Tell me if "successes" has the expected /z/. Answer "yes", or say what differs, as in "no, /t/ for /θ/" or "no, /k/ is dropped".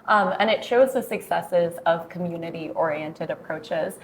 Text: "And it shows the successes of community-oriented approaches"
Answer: yes